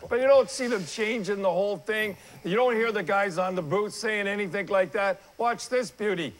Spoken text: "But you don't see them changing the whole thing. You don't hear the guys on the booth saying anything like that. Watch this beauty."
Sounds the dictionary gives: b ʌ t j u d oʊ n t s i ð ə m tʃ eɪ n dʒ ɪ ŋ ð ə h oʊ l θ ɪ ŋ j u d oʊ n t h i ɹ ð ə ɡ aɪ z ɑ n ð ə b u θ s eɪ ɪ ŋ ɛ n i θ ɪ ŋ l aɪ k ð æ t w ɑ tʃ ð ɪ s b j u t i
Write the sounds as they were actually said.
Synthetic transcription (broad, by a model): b ʌ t j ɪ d oʊ n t s i ð ə m tʃ eɪ n dʒ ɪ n ð ə h oʊ l θ ɪ ŋ j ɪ d oʊ n t h i ɹ ð ə ɡ aɪ z n ð ə b u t s eɪ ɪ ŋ ɛ n i θ ɪ ŋ l aɪ k ð æ t w ɑ tʃ ð ɪ s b j u t i